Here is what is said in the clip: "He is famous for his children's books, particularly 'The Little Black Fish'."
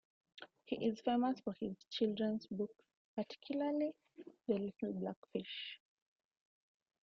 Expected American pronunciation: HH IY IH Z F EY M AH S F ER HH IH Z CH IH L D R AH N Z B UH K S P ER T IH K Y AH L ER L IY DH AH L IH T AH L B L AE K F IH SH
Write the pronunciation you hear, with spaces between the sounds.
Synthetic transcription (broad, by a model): HH IY IH Z F EY M AH S F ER HH IH Z CH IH L D R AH N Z B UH K P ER T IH K Y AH L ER L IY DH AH L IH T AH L B L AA K F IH SH